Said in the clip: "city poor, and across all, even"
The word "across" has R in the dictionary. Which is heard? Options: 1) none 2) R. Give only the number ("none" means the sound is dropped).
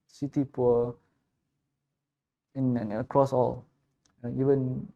2